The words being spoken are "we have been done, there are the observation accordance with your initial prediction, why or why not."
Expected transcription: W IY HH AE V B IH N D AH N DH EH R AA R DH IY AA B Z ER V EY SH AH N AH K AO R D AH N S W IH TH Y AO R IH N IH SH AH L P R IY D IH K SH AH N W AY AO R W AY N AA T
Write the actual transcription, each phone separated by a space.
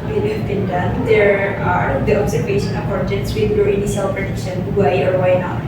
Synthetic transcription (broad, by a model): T HH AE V B IH N D AH N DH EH R AA R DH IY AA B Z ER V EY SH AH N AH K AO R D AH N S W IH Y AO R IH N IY S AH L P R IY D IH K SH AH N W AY AO R W AY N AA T